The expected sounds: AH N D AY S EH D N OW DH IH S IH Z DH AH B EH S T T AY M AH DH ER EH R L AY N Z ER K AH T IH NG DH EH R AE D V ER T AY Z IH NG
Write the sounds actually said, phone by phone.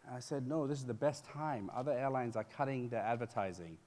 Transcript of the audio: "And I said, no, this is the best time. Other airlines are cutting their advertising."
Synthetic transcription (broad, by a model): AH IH S EH D N OW DH IH S IH Z DH AH B EH S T T AY M AH DH ER EH R L AY N Z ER K AH T IH NG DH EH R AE D V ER T AY Z IH NG